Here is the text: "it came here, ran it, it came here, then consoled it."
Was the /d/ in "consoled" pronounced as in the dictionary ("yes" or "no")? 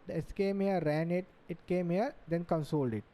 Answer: yes